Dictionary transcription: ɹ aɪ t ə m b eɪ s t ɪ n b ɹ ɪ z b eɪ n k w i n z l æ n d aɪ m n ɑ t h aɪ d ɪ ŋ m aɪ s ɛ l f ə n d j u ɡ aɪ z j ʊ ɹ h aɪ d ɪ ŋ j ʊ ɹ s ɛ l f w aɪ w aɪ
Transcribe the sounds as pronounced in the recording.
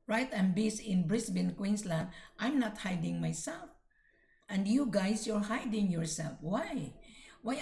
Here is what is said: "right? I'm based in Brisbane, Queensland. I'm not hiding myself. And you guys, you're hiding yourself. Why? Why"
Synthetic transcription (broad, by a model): ɹ aɪ t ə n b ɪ s ɪ n b ɹ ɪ s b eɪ n k w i n s l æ n d aɪ m n ɑ t h aɪ d ɪ ŋ m aɪ s ɛ l f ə n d j u ɡ aɪ s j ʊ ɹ h aɪ d ɪ ŋ j ʊ ɹ s ɛ l f w aɪ w aɪ